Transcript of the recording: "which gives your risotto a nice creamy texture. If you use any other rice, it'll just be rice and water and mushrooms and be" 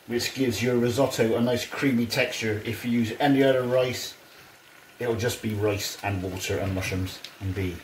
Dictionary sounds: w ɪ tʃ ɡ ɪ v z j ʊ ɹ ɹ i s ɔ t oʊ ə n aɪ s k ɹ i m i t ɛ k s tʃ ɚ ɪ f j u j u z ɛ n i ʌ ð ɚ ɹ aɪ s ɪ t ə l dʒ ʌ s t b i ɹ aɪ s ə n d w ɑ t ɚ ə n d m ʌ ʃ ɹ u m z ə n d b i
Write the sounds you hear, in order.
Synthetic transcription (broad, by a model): w ɪ tʃ ɡ ɪ v z j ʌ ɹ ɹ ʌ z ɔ t oʊ ə n aɪ s k ɹ i m i t ɛ k s tʃ ɚ ɪ f j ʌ j u z ɛ n i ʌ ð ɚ ɹ aɪ s ɪ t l dʒ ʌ s b i ɹ aɪ s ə n w ɑ t ɚ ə n m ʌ ʃ u m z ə n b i